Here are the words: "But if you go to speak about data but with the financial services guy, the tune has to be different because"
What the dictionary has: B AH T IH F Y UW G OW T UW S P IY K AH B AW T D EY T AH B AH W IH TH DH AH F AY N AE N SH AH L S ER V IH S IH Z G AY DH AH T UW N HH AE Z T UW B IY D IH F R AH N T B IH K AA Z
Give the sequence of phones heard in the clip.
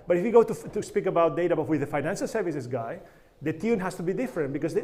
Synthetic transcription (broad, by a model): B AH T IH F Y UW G OW T UW S P IY K AH B AW T D EY T AH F W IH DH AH F AY N AE N SH AH L S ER V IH S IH S G AY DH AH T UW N HH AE S T UW B IY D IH F R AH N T B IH K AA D